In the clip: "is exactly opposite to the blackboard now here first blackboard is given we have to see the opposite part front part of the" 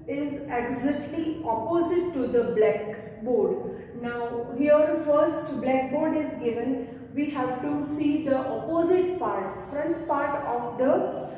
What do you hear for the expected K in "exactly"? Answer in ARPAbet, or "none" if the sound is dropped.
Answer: none